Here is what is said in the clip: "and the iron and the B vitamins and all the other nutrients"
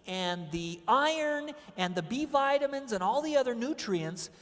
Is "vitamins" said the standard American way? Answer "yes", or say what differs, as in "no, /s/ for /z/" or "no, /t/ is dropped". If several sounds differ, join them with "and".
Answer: yes